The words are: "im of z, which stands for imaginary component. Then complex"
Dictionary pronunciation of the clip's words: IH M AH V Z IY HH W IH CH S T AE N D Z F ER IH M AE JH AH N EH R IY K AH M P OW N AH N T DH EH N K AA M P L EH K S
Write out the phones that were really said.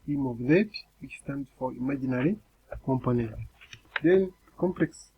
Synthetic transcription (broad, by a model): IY M AH V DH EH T W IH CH S T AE N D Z F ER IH M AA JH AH N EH R IY K AH M P OW N AH N T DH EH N K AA M P L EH K S